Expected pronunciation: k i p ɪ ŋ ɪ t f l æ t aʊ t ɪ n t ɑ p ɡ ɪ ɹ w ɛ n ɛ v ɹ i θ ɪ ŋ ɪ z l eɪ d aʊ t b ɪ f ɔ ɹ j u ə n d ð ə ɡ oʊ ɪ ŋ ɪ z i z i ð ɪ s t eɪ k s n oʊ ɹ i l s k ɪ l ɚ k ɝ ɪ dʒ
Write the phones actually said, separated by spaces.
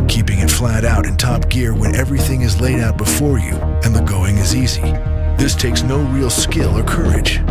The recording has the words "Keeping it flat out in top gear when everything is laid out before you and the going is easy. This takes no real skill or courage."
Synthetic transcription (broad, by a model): k i p ɪ ŋ ɪ t f l æ t aʊ t ɪ n t ɑ p ɡ ɪ ɹ w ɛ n ɛ v ɹ i θ ɪ ŋ ɪ z l eɪ d aʊ t b ɪ f ɔ ɹ j u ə n ð ə ɡ oʊ ɪ ŋ ɪ z i z i ð ɪ s t eɪ k s n oʊ ɹ i l s k ɪ l ɚ k ɝ ɪ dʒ